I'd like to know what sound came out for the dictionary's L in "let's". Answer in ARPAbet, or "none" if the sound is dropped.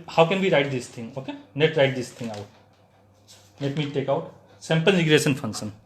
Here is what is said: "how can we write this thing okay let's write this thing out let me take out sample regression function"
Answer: N